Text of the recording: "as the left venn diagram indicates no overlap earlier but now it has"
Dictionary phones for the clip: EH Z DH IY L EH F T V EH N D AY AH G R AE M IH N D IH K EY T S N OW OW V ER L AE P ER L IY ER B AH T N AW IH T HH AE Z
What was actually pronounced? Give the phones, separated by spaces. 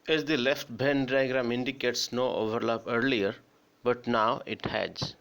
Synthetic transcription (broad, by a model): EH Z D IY L EH F T B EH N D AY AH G R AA M IH N D IH K EY T S N OW OW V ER L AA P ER L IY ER B AH T N AW IH T HH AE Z